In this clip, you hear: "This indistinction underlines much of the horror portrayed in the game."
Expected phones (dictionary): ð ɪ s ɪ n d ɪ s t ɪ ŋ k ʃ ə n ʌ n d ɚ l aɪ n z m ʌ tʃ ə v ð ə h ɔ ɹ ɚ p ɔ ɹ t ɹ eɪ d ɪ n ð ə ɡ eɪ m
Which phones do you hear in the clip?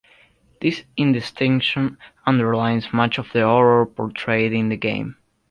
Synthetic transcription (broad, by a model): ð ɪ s ɪ n d ɪ s t ɪ ŋ k ʃ ə n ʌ n d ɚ l aɪ n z m ʌ tʃ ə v ð ə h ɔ ɹ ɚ p ɔ ɹ t ɹ eɪ d ɪ n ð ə ɡ eɪ m